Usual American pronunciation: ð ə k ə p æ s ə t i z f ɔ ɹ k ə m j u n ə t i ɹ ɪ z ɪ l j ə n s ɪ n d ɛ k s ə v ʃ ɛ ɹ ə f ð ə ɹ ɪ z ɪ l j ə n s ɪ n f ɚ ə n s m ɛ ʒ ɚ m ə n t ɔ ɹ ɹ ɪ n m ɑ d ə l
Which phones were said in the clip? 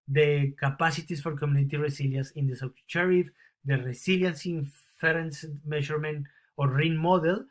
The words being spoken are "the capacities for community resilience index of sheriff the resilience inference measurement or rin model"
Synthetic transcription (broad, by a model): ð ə k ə p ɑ s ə t i s f ɔ ɹ k ə m j u n ə t i ɹ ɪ s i l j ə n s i n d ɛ s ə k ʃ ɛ ɹ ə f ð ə ɹ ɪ s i l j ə n s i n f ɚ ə n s m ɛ ʃ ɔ m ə n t ɔ ɹ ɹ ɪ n m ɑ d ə l